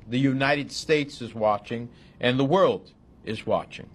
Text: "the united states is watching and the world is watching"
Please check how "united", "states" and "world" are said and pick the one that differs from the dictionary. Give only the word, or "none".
none